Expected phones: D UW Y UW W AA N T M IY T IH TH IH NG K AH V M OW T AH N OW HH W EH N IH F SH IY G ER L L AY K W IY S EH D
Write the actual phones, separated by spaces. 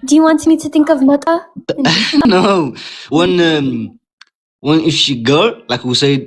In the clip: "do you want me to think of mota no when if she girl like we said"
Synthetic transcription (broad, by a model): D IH Y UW W AA N T M IY T IH TH IH NG K AH V M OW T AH N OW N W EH N IH F SH IY G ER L L AY K W IY S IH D